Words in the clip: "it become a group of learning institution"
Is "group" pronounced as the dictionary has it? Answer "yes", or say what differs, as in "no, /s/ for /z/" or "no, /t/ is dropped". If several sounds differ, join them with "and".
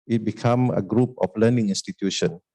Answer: yes